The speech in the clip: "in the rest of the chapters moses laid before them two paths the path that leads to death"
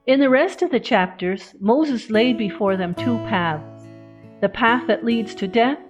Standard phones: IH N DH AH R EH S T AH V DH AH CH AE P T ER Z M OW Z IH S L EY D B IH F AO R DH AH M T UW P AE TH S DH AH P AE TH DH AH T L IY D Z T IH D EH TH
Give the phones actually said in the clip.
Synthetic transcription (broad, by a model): IH N DH AH R EH S T AH V DH AH CH AE P T ER Z M OW Z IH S L EY D B IH F AO R DH AH M T UW P AE TH S DH AH P AE TH DH AH T L IY D Z T IH D EH TH